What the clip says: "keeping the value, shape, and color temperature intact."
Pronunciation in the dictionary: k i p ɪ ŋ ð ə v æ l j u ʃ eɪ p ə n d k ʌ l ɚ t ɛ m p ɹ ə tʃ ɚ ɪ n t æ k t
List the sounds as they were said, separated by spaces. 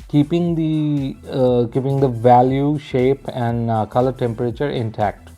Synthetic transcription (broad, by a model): k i p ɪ ŋ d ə v æ l j u ʃ eɪ p ə n d k ʌ l ɚ t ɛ m p ɹ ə tʃ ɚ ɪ n t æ k t